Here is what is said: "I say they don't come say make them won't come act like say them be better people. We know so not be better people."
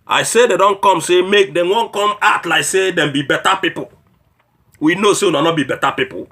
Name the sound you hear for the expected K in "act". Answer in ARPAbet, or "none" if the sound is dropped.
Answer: none